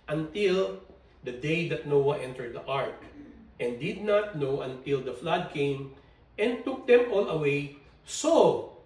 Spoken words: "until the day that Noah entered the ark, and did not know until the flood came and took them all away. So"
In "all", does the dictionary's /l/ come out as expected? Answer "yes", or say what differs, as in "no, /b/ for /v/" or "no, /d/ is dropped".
no, /n/ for /l/